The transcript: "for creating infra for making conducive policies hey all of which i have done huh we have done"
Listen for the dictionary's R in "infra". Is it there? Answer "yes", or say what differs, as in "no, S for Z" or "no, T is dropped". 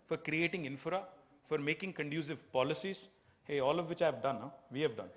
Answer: yes